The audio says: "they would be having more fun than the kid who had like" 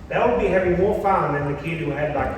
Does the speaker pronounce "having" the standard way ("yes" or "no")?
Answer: yes